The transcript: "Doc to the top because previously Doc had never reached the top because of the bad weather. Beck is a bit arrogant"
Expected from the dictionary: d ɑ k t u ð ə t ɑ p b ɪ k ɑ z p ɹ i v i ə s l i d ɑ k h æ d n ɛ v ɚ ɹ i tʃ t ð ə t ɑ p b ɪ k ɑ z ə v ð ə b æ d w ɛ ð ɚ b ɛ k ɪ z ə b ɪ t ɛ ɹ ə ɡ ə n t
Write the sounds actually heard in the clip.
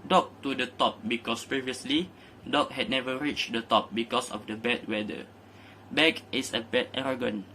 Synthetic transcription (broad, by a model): d ɑ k t u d ə t ɑ p b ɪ k ɑ s p ɹ i v i ə s l i d ɑ k h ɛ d n ɛ v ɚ ɹ i tʃ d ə t ɑ p b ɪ k ɑ s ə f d ə b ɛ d w ɛ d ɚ b ɛ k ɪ s ə b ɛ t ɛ ɹ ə ɡ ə n